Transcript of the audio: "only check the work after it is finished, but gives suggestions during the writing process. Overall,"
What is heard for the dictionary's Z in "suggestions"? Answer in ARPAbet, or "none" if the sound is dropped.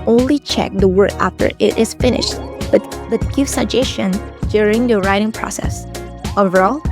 none